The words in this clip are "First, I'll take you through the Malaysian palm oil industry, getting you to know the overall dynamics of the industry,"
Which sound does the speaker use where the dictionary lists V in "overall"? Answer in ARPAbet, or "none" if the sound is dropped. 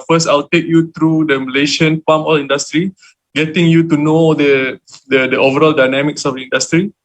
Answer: V